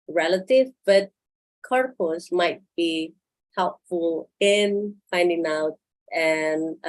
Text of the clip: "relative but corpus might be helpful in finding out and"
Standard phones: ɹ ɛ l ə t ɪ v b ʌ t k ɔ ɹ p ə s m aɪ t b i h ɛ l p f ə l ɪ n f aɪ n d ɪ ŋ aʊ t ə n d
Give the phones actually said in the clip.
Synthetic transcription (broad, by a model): ɹ ɛ l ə t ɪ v b ʌ t k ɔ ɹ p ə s m aɪ t b i h ɛ l p f ə l ɪ n f aɪ n d ɪ ŋ aʊ t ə n